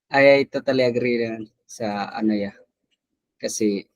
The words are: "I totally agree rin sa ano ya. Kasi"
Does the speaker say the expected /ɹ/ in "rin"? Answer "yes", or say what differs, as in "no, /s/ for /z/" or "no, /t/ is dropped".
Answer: no, /l/ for /ɹ/